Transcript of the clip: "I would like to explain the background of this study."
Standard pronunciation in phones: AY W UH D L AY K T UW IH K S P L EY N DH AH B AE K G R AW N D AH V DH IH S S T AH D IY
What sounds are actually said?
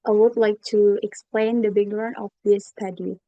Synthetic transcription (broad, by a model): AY W UH D L AY K T UW IH K S P L EY N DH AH B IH G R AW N AH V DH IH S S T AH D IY